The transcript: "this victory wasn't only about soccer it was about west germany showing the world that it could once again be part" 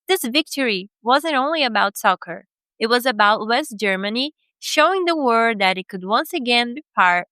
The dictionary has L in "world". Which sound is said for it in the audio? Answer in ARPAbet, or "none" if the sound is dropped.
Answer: none